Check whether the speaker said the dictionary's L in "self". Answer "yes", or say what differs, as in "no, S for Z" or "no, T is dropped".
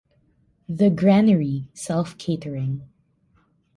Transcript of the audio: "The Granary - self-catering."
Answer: yes